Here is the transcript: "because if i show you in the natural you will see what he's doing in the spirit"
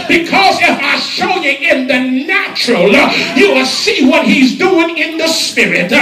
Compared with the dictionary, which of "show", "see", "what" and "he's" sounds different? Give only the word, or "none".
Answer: none